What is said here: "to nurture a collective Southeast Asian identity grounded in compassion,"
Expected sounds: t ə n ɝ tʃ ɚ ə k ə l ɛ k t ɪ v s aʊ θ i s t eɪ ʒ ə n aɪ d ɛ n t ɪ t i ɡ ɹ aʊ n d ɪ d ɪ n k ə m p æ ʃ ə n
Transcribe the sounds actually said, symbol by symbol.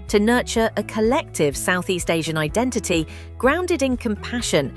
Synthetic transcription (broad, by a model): t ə n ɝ tʃ ɚ ə k ə l ɛ k t ɪ v s aʊ θ i s t eɪ ʒ ə n aɪ d ɛ n t ɪ t i ɡ ɹ aʊ n d ɪ d ɪ n k ə m p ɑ ʃ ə n